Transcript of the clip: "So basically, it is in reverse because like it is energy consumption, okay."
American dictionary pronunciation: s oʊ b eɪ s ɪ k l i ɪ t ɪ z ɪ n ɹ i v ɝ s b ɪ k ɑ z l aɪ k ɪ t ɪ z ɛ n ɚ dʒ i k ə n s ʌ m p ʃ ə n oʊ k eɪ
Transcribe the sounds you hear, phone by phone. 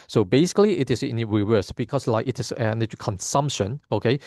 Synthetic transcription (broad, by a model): s oʊ b eɪ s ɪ k l i ɪ t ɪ s ɪ n ɹ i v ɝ s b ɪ k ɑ s l aɪ k ɪ t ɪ s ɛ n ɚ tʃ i k ə n s ʌ m p ʃ ə n oʊ k eɪ